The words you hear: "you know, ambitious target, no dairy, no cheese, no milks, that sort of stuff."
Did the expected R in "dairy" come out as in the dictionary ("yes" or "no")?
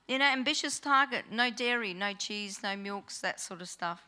yes